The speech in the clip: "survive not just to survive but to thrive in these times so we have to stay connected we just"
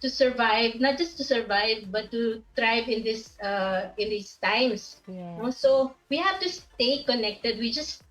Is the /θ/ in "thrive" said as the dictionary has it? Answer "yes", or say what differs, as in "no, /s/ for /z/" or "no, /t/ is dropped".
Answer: no, /t/ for /θ/